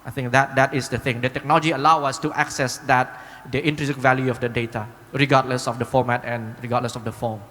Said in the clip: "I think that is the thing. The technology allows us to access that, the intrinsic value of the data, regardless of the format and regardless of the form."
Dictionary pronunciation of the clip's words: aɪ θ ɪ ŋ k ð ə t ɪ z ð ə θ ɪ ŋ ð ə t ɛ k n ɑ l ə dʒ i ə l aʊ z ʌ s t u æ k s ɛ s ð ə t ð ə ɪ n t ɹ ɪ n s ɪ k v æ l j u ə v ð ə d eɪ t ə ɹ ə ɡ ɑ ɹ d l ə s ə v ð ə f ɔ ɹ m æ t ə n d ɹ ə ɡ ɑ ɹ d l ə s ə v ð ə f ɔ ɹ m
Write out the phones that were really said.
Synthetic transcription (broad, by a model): aɪ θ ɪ ŋ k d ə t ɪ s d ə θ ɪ ŋ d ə t ɛ k n ɑ l ə dʒ i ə l aʊ ʌ s t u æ k s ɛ s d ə t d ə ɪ n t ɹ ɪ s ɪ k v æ l j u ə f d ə d eɪ t ə ɹ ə ɡ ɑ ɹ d l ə s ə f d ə f ɔ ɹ m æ t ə n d ɹ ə ɡ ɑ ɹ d l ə s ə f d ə f ɔ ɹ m